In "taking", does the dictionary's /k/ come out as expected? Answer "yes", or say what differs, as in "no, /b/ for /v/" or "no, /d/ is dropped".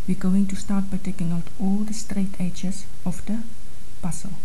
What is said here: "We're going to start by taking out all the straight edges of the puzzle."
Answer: yes